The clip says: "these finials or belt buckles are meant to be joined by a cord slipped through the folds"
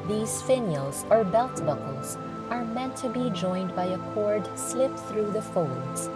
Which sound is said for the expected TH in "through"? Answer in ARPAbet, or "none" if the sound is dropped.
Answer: TH